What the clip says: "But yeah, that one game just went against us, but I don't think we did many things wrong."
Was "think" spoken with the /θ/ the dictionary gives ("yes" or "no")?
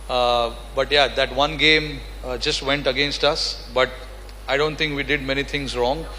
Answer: no